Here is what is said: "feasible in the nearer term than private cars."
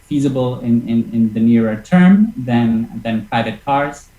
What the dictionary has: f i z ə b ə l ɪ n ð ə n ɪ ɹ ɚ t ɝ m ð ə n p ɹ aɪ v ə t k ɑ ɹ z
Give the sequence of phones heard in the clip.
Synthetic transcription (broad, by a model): f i z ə b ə l ɪ n ð ə n ɪ ɹ ɚ t ɝ m ð ə n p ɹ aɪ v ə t k ɑ ɹ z